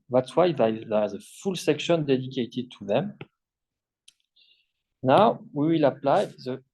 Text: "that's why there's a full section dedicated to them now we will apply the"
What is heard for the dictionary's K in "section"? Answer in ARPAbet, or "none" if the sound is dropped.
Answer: K